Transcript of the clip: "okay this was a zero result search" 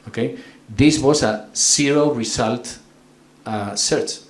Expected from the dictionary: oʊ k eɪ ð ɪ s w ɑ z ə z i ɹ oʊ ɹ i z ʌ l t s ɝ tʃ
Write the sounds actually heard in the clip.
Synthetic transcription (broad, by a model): oʊ k eɪ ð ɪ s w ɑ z ə s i ɹ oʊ ɹ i s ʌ l t s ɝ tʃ